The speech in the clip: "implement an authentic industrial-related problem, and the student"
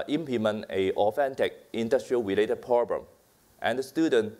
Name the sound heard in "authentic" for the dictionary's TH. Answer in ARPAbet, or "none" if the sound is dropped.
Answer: F